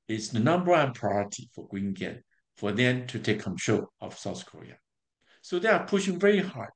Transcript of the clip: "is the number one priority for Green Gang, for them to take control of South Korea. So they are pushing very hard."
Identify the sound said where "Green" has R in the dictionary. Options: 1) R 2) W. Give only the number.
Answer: 2